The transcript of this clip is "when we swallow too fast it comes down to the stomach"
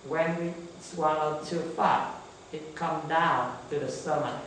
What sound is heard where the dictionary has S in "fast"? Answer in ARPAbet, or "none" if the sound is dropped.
none